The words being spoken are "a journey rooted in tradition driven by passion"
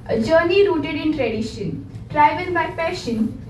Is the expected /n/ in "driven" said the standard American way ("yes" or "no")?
no